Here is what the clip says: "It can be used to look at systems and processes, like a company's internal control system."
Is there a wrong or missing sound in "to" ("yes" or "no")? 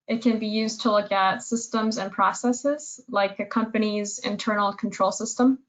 no